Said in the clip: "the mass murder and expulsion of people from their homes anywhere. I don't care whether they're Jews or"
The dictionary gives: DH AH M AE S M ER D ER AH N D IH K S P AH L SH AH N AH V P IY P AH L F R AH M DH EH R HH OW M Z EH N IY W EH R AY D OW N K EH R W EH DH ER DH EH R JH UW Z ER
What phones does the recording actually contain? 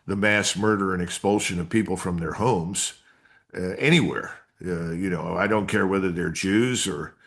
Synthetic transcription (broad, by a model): DH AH M AE S M ER D ER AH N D IH K S P AH L SH AH N AH V P IY P L F R AH M DH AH R HH OW M Z EH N IY W EH R AY D OW N K EH R W EH DH ER DH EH R JH UW Z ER